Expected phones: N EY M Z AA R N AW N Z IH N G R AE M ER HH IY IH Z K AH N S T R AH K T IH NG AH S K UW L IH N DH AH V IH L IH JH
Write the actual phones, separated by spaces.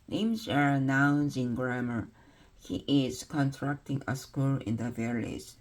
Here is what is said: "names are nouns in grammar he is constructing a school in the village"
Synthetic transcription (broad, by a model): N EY M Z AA R N AW N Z IH N G R AE M ER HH IY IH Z K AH N T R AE K T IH NG AH S K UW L IH N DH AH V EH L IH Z